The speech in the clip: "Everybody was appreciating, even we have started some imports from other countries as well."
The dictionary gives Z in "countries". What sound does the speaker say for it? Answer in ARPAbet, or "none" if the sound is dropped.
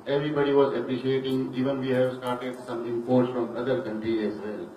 none